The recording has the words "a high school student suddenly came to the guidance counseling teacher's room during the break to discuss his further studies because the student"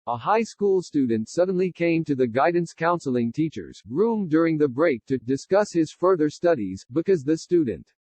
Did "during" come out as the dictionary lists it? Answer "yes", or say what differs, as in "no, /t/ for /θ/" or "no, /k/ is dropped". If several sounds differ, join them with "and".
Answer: yes